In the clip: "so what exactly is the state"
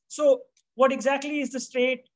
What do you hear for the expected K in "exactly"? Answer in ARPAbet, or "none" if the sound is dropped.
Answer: K